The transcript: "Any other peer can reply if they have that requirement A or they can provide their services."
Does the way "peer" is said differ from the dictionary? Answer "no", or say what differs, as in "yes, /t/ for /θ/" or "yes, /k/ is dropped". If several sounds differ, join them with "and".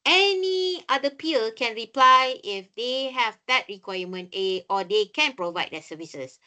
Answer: yes, /l/ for /ɹ/